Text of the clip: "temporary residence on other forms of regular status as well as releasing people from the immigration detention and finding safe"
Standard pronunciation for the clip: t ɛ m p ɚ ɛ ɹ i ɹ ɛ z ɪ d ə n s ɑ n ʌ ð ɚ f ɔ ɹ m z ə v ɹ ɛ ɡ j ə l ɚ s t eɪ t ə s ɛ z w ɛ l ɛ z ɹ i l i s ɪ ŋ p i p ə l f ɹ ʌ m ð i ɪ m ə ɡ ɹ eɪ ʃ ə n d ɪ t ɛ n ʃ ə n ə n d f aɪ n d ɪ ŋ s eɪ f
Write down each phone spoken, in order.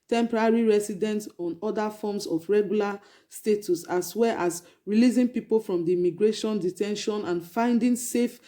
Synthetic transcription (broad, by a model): t ɛ m p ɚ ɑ ɹ i ɹ ɛ s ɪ d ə n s ɑ n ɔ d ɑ f ɔ m s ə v ɹ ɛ ɡ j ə l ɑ s t eɪ t ə s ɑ s w ɛ l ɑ s ɹ i l i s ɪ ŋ p i p ə l f ɹ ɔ m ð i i m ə ɡ ɹ eɪ ʃ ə n d ɪ t ɛ n ʃ ə n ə n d f aɪ n d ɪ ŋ s eɪ f